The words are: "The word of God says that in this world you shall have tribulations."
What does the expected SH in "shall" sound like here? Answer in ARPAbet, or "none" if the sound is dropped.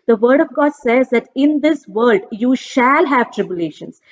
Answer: SH